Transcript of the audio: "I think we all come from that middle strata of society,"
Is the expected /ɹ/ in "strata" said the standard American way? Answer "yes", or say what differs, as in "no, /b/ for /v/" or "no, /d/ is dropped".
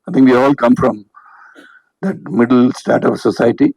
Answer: no, /ɹ/ is dropped